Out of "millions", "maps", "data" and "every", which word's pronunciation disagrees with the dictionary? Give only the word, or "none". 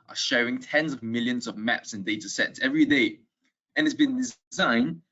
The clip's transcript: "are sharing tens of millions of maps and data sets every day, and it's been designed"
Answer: none